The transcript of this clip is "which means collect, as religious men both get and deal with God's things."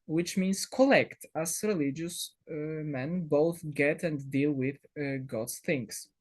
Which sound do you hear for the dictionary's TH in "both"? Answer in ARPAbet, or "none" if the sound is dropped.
TH